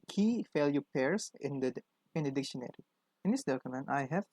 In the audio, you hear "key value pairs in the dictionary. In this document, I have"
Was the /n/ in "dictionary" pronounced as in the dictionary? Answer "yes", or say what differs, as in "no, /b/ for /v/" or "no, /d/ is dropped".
yes